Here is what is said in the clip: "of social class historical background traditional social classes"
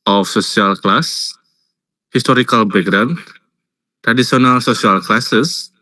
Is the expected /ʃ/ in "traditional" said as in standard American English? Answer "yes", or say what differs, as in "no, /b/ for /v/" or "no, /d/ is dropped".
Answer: no, /s/ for /ʃ/